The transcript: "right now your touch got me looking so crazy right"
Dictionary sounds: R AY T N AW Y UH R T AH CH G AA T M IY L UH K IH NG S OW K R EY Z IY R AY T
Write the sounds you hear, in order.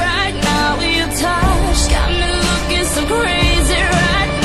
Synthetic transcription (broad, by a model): R AY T N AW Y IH T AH SH G AA T M IY L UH K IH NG S OW K R EY Z IY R AY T